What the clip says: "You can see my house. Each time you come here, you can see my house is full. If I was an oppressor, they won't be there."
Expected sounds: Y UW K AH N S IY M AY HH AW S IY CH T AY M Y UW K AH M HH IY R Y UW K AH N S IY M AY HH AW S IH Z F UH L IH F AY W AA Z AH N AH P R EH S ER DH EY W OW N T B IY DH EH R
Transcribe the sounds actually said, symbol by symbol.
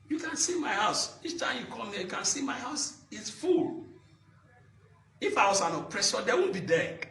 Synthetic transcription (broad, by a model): Y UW K AH N S IY M AY HH AW S IY CH T AY M Y UW K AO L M IY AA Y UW K AH N S IY M AY HH AW S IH S F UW L IH F AY W AA S AH N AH P R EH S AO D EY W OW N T B IY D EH